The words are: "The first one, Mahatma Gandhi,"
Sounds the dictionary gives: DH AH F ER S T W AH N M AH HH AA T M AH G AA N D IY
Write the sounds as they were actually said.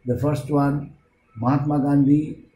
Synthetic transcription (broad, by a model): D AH F ER S T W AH N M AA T M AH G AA N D IY